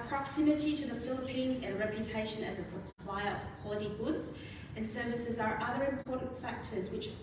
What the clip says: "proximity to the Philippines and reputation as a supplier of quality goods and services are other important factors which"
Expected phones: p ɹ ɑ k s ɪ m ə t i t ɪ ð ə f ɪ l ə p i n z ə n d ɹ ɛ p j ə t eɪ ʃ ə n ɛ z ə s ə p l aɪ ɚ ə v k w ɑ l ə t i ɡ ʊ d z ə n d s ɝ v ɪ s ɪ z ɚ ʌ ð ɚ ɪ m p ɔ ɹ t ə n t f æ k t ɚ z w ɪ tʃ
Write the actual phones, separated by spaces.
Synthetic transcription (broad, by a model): p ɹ ɑ k s ɪ m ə t i t ɪ ð ə f ɪ l ə p i n z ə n ɹ ɛ p j ə t eɪ ʃ ə n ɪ z ə s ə p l aɪ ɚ ə v k w ɑ l ə t i ɡ ʊ d z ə n s ɝ v ɪ s ɪ z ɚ ʌ ð ɚ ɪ m p ɔ ɹ t n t f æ k t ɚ z w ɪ tʃ